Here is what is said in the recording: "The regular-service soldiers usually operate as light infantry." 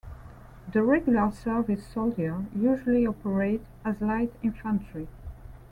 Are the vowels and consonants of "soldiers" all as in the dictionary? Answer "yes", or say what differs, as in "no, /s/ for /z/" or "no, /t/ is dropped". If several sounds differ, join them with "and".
no, /z/ is dropped